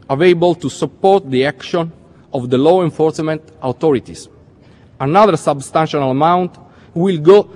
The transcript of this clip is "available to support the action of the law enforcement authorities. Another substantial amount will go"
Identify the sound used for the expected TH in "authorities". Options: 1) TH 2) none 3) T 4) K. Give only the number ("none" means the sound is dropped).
3